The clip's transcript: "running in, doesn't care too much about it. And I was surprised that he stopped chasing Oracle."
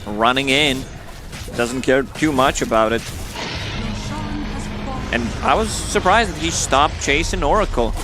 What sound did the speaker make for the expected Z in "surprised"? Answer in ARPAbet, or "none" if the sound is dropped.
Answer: Z